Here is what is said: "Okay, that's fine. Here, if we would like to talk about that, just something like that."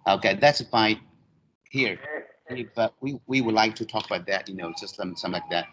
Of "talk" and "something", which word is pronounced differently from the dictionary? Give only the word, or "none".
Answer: something